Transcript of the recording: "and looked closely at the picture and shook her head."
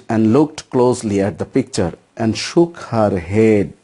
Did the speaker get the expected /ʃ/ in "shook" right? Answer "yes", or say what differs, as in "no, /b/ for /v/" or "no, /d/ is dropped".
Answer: yes